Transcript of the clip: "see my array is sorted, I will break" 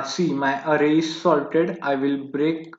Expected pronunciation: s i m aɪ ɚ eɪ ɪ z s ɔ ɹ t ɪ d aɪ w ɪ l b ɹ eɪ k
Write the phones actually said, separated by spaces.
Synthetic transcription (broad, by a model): s i m aɪ ɚ eɪ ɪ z s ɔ l t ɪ d aɪ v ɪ l b ɹ eɪ k